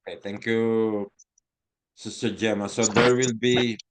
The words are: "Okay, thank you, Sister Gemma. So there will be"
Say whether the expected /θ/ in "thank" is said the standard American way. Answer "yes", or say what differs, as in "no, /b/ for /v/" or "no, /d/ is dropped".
no, /t/ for /θ/